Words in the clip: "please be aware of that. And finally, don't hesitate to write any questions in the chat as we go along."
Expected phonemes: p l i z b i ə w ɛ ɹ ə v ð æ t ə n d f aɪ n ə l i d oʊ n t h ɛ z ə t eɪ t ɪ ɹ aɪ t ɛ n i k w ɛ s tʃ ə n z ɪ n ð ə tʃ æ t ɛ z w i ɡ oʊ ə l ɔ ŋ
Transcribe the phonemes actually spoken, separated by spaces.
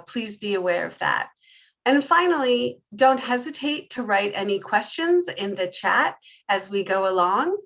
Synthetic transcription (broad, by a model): p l i z b i ə w ɛ ɹ ə v ð æ t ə n f aɪ n l i d oʊ n t h ɛ z ə t eɪ t ɪ ɹ aɪ t ɛ n i k w ɛ s tʃ ə n z ɪ n ð ə tʃ æ t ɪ z w i ɡ oʊ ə l ɔ ŋ